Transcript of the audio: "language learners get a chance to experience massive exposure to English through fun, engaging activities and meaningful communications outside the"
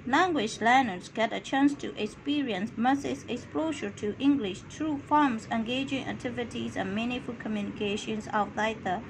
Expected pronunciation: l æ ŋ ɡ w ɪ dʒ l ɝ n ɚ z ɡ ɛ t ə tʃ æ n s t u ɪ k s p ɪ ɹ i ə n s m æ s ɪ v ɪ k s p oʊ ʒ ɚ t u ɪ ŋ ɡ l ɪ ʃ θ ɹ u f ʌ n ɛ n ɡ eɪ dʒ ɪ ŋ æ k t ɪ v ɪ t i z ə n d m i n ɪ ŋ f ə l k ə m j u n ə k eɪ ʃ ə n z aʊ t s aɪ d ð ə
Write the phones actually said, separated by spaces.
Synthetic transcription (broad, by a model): l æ ŋ ɡ w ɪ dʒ l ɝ n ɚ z ɡ ɛ t ə tʃ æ n s t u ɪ k s p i ɹ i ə n s m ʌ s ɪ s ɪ k s p oʊ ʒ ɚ t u ɪ ŋ ɡ l ɪ ʃ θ ɹ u f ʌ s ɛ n ɡ eɪ dʒ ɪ ŋ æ k t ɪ v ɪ t i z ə n m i n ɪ f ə l k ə m j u n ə k eɪ ʃ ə n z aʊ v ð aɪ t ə